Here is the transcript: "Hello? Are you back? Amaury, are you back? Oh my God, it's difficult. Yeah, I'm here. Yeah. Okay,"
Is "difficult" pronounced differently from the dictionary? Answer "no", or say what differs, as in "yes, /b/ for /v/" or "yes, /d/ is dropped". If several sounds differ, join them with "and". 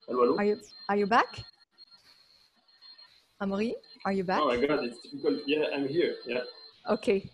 yes, /p/ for /f/